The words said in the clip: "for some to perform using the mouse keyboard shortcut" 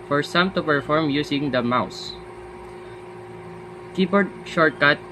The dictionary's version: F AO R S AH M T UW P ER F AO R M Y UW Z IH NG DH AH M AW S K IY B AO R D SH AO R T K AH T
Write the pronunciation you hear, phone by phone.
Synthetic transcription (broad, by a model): F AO R S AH M T UW P ER F AO R M Y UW S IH NG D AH M AW S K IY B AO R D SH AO R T K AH T